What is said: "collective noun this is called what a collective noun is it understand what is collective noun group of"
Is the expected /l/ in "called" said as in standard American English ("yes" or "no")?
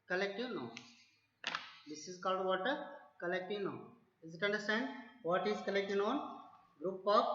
yes